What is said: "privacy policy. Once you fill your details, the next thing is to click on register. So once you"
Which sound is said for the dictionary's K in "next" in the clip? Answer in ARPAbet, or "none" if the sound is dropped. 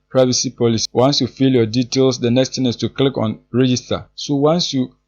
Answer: K